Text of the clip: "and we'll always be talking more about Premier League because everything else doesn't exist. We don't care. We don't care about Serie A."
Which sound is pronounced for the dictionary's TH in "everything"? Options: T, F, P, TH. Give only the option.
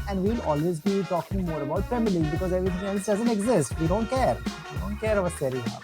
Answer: T